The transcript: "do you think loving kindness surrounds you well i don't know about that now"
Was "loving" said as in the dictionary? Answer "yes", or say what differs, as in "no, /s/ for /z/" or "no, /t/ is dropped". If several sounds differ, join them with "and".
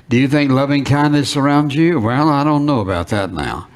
yes